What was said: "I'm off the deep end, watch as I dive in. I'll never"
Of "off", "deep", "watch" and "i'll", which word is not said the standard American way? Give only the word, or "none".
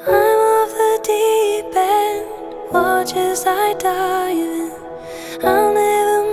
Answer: deep